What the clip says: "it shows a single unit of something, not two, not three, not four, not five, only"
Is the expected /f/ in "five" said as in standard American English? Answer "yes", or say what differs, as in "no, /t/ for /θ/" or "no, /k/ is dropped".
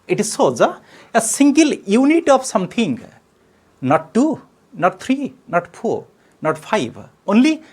no, /p/ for /f/